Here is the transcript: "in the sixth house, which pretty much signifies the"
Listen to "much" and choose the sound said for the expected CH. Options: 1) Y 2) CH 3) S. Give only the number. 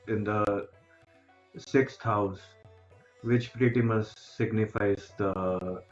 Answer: 3